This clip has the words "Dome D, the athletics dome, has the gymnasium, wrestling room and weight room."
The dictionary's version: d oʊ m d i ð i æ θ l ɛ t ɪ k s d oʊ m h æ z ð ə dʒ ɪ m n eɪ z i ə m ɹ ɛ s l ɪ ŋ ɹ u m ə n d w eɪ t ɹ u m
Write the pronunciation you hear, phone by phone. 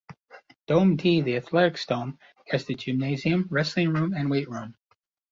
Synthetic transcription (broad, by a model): d oʊ m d i ð i æ θ l ɛ t ɪ k s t oʊ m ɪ z ð ə dʒ ɪ m n eɪ z i ə m ɹ ɛ s l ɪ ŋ ɹ u m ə n w eɪ t ɹ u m